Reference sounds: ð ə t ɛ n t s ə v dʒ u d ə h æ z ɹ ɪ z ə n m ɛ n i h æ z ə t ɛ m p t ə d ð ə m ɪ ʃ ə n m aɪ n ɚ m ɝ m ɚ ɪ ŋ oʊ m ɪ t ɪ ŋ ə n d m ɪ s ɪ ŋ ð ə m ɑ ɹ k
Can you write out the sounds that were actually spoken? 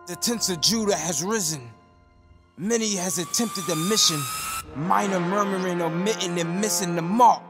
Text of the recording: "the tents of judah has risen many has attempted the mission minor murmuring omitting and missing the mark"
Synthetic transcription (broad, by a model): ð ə t ɛ n t s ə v dʒ u d ə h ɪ z ɹ ɪ z ə n m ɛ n i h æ z ə t ɛ m p t ə d ð ə m ɪ ʃ ə n m aɪ n ɚ m ɝ m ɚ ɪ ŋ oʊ m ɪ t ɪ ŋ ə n m ɪ s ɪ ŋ ð ə m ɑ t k